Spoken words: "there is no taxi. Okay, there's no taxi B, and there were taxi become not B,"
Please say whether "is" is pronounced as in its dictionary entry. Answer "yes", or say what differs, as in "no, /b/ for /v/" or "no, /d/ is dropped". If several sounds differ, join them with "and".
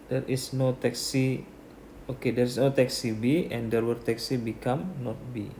no, /s/ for /z/